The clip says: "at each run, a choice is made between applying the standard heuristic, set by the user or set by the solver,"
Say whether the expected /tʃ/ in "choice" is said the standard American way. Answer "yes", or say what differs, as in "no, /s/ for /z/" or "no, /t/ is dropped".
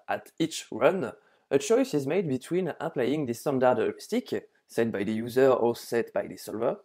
yes